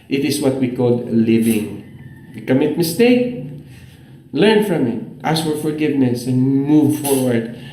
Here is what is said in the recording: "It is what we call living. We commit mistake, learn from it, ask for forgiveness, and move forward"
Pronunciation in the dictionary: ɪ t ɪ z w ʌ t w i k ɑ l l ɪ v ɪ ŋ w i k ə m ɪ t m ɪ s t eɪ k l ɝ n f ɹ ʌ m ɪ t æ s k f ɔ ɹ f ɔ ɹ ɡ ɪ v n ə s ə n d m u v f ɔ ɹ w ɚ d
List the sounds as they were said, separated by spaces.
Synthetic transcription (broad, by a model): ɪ t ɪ s w ʌ t w i k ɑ l l ɪ v ɪ ŋ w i k ə m ɪ t m ɪ s t eɪ k l ɝ n f ɹ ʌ m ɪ t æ s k f ɔ ɹ f ɔ ɹ ɡ ɪ v n ə s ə n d m u v f ɔ ɹ w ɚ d